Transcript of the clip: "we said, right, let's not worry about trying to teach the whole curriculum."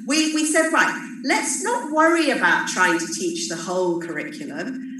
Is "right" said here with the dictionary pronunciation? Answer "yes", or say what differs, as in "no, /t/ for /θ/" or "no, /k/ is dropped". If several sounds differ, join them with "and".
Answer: no, /l/ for /ɹ/